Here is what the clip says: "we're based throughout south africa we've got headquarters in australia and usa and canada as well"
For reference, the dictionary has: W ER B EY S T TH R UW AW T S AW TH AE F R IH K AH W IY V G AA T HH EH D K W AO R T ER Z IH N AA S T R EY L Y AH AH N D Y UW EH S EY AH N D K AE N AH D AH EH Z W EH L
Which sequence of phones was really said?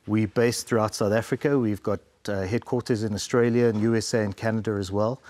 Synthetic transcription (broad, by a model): W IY B EY S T TH R UW AW T S AW TH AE F R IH K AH W IY V G AA T HH EH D K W AO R T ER Z IH N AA S T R EY L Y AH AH N Y UW EH S EY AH N K AE N AH D AH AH Z W EH L